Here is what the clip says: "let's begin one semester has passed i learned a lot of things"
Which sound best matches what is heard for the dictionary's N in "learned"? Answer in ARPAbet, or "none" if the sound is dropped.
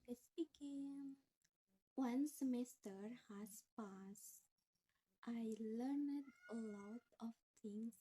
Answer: N